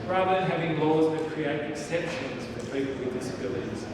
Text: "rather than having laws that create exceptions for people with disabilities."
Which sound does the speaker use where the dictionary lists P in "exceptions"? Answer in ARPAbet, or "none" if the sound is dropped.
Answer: P